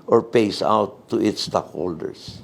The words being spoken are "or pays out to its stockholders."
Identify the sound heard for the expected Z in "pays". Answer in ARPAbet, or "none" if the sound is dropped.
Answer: S